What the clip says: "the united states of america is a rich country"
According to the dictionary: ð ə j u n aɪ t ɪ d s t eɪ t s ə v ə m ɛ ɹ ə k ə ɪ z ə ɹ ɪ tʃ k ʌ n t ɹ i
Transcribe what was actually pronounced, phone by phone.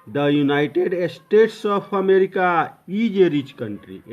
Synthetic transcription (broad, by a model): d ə j u n aɪ t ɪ d s t eɪ t s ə p ə m ɛ ɹ ə k ə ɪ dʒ ə ɹ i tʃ k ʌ n t ɹ i